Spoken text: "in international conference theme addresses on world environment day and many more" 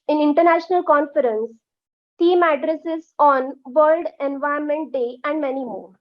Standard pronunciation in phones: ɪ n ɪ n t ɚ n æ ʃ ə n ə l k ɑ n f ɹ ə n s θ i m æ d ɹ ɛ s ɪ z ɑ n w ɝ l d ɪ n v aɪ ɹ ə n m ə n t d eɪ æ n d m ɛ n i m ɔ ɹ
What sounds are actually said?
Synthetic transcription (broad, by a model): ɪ n ɪ n t ɚ n æ ʃ ə n ə l k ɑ n f ɹ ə n s t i m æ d ɹ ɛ s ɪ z ɑ n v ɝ l d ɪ n v aɪ ə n m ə n t d eɪ æ n d m ɛ n i m ɔ ɹ